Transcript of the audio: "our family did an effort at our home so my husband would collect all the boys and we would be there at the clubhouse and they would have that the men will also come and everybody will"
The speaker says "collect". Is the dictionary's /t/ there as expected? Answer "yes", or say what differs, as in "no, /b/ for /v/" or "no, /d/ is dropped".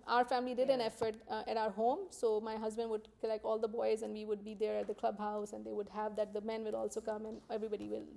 no, /t/ is dropped